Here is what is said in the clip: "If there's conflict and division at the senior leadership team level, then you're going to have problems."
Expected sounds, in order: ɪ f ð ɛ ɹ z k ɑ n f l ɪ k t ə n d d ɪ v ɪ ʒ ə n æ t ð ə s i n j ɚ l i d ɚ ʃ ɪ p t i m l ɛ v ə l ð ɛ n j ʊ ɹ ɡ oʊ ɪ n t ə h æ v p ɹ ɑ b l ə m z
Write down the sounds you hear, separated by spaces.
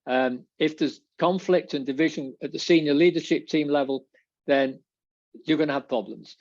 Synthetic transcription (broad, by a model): ɪ f ð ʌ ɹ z k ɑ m f l ɪ k t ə n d d ɪ v ɪ ʒ ə n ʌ t ð ə s i n j ɚ l i d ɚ ʃ ɪ p t i m l ɛ v ə l ð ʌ n j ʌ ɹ ɡ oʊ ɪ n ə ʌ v p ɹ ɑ b l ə m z